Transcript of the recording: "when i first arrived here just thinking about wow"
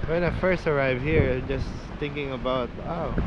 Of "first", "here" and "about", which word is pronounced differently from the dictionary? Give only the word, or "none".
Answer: none